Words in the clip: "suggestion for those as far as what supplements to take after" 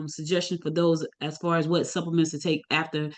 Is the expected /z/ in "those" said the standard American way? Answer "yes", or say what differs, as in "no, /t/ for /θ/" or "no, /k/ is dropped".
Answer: yes